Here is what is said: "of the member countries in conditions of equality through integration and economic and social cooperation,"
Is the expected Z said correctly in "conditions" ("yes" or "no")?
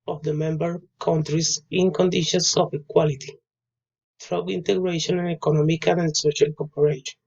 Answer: no